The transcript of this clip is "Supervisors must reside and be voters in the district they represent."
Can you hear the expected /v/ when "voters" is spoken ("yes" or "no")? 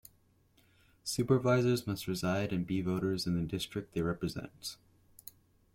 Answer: yes